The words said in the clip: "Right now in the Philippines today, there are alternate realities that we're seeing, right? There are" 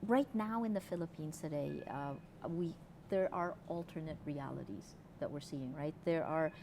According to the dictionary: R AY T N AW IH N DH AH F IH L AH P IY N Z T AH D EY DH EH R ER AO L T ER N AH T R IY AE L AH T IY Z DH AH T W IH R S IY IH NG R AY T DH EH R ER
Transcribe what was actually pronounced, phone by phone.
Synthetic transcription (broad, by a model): R AY T N AW IH N DH AH F IH L AH P IY N Z T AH D EY DH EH R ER AO L T ER N AH T R IY AE L AH T IY Z DH AH T W IH R S IY IH NG R AY T DH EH R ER